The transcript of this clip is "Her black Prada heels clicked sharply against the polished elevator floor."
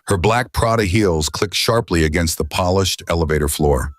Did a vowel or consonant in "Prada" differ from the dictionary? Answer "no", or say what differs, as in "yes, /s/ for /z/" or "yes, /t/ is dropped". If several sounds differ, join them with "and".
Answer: no